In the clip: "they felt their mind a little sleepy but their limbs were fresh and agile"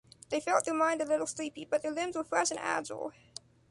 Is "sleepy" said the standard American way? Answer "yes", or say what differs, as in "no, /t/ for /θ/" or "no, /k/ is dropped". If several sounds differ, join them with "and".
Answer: yes